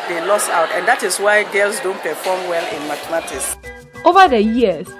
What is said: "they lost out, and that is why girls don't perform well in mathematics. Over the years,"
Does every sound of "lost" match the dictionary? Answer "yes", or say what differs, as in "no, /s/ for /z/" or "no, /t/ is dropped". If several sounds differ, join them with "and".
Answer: no, /t/ is dropped